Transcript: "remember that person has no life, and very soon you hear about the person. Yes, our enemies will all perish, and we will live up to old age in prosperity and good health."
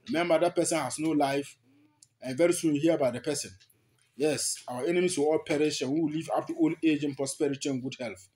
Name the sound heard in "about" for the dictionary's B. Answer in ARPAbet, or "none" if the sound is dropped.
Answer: none